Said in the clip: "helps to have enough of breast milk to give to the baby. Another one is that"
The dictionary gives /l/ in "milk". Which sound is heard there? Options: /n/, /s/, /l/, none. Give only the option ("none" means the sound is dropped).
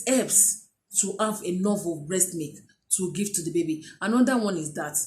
none